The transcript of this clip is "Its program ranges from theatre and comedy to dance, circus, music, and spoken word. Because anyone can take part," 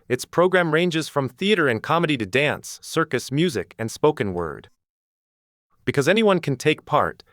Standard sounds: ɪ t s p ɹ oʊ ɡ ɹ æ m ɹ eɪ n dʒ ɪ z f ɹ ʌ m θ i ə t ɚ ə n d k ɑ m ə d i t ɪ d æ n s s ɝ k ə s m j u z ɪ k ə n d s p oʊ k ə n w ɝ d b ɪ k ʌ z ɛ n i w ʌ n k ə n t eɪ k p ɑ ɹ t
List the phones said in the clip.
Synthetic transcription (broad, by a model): ɪ t s p ɹ oʊ ɡ ɹ æ m ɹ eɪ n dʒ ɪ z f ɹ ʌ m θ i ə t ɚ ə n k ɑ m ə d i t ɪ d æ n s s ɝ k ə s m j u z ɪ k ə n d s p oʊ k ə n w ɝ d b ɪ k ʌ z ɛ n i w ʌ n k n t eɪ k p ɑ ɹ t